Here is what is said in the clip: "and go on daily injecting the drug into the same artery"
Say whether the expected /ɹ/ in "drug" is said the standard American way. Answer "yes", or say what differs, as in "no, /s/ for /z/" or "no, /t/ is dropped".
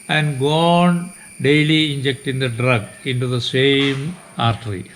yes